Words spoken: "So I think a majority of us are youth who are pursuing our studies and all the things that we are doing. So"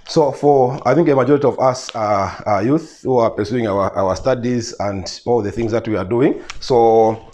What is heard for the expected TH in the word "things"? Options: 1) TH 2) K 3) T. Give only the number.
1